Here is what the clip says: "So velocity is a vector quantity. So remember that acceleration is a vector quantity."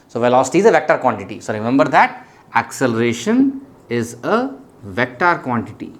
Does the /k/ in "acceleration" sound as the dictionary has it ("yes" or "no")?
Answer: yes